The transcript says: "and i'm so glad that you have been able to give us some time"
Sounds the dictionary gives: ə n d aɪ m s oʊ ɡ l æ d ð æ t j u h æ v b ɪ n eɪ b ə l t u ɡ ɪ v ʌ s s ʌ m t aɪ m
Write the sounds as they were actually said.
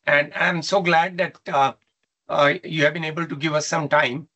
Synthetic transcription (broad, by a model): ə n d aɪ m s oʊ ɡ l æ d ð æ t j u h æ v b ɪ n eɪ b ə l t u ɡ ɪ v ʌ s s ʌ m t aɪ m